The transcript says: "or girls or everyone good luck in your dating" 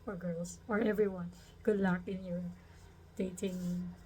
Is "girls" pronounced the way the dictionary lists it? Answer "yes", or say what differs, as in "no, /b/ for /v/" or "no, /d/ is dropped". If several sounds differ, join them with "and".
no, /s/ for /z/